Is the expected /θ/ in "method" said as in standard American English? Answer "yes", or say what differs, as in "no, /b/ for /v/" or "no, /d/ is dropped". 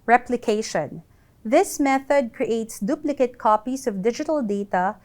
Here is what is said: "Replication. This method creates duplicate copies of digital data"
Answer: yes